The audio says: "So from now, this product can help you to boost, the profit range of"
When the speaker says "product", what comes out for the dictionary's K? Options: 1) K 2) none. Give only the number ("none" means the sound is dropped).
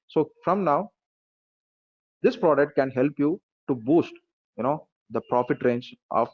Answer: 1